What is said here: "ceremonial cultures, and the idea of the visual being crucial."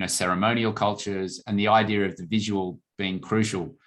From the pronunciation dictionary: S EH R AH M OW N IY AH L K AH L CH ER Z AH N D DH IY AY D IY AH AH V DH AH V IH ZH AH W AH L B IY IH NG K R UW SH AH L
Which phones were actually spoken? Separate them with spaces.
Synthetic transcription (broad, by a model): S EH R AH M OW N IY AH L K AH L CH ER Z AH N DH IY AY D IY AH AH V DH AH V IH ZH AH W AH L B IY IH NG K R UW SH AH L